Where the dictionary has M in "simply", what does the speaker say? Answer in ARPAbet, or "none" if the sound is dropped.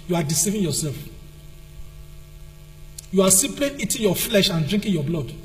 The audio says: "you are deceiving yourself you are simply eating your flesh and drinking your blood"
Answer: none